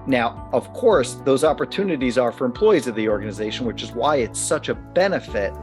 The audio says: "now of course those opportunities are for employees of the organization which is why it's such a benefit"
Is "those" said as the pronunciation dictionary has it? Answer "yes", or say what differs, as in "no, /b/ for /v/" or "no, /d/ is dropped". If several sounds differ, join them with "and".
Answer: yes